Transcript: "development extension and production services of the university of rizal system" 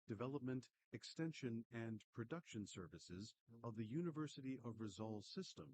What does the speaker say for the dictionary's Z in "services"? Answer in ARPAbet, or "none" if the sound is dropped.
Z